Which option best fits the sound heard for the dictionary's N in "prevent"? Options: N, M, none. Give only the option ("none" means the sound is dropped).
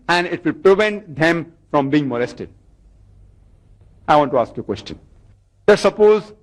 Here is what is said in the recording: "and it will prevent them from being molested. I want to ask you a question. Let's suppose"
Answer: N